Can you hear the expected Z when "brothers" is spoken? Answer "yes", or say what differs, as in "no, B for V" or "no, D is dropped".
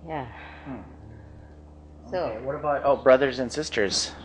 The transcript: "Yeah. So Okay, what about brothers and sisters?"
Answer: yes